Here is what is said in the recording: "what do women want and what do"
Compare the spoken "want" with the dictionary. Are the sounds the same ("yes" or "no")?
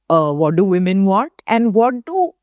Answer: no